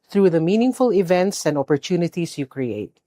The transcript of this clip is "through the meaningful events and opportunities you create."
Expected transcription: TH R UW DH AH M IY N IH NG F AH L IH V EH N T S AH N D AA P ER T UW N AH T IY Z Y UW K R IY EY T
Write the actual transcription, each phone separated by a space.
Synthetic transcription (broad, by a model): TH R UW DH AH M IY N IH NG F AH L IH V EH N T S AH N D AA P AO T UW N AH T IY S Y UW K R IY EY T